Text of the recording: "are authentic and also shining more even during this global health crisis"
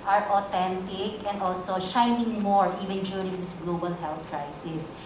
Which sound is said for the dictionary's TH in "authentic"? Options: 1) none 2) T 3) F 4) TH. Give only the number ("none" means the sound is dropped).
2